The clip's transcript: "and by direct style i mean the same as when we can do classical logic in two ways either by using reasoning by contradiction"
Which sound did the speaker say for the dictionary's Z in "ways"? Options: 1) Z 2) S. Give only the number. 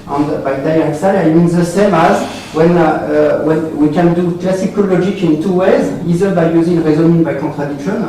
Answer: 1